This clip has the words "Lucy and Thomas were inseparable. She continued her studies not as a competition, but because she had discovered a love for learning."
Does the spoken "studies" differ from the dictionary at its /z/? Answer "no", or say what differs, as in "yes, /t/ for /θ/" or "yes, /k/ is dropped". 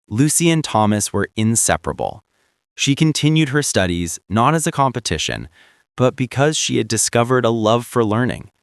no